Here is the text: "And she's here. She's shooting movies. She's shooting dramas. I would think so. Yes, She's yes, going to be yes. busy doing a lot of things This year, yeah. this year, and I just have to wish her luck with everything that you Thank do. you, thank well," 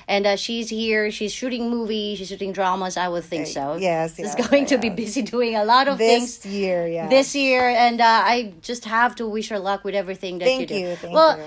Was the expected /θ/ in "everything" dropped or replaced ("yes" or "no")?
no